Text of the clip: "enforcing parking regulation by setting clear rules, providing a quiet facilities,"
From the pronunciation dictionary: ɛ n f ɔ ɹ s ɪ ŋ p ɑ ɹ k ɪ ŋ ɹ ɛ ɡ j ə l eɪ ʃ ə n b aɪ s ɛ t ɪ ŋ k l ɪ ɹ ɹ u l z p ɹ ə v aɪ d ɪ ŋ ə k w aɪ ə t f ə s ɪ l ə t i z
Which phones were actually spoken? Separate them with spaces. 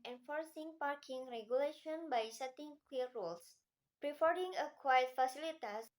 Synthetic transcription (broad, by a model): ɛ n f ɔ ɹ s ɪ ŋ p ɑ ɹ k ɪ ŋ ɹ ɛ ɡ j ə l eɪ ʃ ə n b aɪ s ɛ t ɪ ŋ k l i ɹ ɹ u l s p ɹ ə f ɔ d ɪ ŋ ə k w aɪ ə t f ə s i l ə t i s